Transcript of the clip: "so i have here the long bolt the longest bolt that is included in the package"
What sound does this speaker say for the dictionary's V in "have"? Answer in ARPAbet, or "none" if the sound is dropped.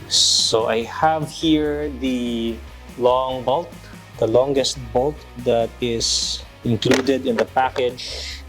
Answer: V